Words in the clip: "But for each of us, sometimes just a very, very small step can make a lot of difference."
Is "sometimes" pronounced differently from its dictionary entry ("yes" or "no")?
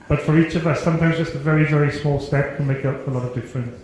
no